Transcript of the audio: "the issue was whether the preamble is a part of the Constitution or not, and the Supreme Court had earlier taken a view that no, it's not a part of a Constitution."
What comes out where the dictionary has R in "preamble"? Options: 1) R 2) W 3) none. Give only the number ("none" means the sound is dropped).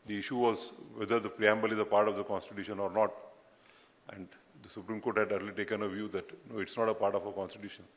1